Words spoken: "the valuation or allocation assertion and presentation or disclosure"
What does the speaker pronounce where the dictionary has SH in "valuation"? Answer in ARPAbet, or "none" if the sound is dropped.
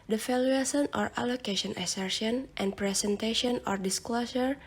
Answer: S